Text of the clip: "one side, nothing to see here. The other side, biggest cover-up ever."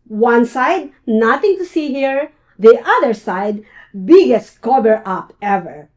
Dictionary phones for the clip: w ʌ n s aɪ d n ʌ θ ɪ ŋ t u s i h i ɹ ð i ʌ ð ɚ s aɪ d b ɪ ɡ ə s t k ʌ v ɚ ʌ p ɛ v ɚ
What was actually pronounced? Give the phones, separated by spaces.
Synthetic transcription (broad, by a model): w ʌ n s aɪ d n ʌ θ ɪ ŋ t u s i h i ɹ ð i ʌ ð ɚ s aɪ d b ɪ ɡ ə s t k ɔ b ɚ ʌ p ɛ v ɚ